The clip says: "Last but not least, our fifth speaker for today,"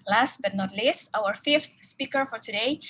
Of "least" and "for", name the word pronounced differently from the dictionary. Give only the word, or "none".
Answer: least